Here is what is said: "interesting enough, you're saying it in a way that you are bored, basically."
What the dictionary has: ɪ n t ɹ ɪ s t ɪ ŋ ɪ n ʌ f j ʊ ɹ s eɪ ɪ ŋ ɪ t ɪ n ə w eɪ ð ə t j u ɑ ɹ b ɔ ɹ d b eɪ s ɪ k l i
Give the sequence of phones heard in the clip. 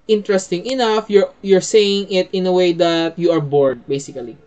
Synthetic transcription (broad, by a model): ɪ n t ɹ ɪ s t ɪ ŋ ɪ n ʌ f j ʊ ɹ s eɪ ɪ ŋ ɪ t ɪ n ə w eɪ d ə t j u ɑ ɹ b ɔ ɹ d b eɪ s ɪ k l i